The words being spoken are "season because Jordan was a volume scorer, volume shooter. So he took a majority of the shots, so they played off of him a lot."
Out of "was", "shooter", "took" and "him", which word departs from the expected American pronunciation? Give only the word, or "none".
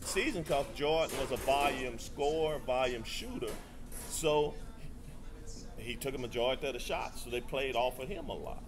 none